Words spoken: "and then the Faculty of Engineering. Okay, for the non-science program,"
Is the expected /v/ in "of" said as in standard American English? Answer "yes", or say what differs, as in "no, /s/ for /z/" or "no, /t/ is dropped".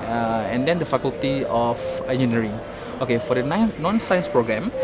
no, /f/ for /v/